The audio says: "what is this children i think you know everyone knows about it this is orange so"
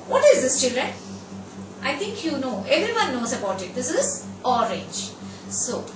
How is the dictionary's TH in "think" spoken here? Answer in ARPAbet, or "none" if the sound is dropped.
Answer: T